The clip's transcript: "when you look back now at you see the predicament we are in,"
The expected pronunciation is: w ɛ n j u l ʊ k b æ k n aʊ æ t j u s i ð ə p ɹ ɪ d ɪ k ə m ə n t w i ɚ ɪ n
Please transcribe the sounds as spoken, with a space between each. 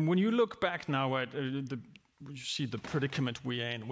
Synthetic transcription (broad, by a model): w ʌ n j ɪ l ʊ k b æ k n aʊ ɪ t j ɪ s i ð ə p ɹ ɪ d ɪ k ə m ə n t w i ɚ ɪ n